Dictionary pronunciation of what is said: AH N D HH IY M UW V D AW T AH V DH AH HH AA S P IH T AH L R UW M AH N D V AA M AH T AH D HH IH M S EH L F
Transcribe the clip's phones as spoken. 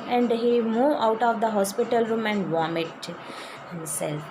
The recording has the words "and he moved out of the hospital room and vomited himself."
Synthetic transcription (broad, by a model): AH N D HH IY M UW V AW T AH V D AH HH AA S P IH T AH L R UW M AH N D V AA M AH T HH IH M S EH L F